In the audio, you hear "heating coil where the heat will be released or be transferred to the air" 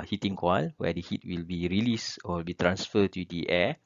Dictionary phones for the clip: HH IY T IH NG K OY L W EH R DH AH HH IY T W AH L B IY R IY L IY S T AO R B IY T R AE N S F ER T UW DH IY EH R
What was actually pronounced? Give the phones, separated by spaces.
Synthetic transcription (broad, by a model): HH IY T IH NG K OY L W EH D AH HH IY T W AH L B IY R IY L IY S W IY L B IY T R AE N S F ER T UW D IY EH